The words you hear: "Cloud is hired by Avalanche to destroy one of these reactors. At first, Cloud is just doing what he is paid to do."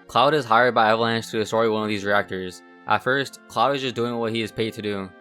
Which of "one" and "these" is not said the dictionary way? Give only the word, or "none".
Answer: none